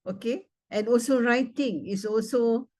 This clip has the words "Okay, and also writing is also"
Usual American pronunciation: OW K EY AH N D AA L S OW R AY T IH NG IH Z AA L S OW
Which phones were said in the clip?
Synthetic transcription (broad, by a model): OW K EY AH N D AA L S OW R AY T IH NG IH S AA L S OW